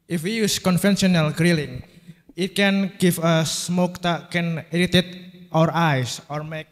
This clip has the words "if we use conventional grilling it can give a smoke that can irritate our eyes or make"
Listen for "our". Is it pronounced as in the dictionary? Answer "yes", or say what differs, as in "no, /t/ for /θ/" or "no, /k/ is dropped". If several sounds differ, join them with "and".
yes